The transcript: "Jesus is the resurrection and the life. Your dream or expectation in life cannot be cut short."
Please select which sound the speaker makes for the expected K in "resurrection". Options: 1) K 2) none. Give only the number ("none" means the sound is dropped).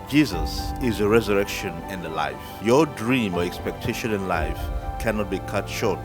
1